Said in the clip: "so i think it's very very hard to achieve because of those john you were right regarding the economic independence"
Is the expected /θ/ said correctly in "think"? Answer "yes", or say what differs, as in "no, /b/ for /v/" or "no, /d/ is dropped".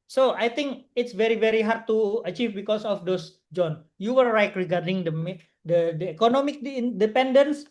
no, /t/ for /θ/